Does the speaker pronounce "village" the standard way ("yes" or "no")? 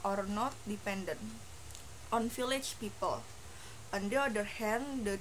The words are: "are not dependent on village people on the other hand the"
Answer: no